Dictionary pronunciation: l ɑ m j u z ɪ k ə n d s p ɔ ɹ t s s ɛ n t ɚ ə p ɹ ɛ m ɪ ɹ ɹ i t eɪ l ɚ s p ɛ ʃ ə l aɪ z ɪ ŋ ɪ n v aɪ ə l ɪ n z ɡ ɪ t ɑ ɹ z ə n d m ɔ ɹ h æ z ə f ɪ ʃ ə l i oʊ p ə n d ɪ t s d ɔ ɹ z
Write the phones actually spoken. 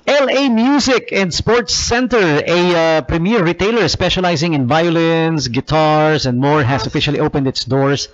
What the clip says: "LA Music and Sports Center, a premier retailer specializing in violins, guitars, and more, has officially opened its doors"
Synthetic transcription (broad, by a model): l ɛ m j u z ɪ k ə n d s p ɔ ɹ t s s ɛ n t ɚ ə p ɹ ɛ m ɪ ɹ ɹ i t eɪ l ɚ s p ɛ ʃ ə l aɪ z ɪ ŋ ɪ n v aɪ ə l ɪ n s ɡ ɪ t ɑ ɹ s ə n d m ɔ ɹ h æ s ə f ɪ ʃ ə l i oʊ p ə n d ɪ t s d ɔ ɹ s